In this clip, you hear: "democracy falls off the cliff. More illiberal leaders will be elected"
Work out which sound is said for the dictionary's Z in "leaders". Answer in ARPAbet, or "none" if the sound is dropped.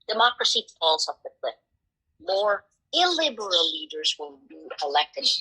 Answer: Z